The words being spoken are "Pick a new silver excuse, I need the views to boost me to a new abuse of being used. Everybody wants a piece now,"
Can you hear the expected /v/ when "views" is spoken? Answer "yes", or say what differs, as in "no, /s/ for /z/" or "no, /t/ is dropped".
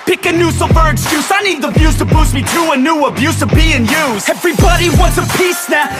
no, /b/ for /v/